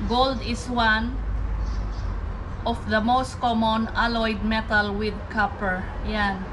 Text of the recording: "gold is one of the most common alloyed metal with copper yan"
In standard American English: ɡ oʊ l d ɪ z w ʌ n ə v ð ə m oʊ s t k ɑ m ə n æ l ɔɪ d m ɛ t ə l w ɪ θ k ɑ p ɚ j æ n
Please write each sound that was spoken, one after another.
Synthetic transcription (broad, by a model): ɡ oʊ l d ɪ s w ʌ n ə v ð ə m oʊ s t k ɑ m ə n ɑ l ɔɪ d m ɛ t ə l w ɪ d k ɑ p ɚ j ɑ n